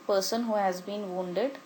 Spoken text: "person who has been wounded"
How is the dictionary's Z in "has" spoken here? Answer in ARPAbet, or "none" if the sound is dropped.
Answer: Z